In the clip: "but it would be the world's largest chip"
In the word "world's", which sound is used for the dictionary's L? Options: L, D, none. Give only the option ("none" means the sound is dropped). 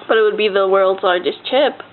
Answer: L